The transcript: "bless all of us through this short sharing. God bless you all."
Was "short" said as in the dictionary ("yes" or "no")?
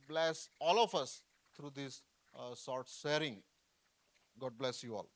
no